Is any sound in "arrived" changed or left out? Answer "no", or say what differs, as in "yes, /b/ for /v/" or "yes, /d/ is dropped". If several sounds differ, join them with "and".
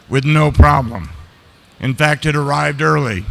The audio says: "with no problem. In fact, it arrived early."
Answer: no